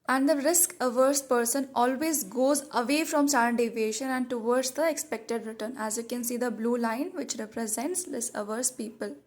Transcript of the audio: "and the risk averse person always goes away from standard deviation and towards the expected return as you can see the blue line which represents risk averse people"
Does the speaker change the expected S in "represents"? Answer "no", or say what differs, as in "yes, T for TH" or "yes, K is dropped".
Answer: no